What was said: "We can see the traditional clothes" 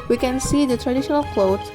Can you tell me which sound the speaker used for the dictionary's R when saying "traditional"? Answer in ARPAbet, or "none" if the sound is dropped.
R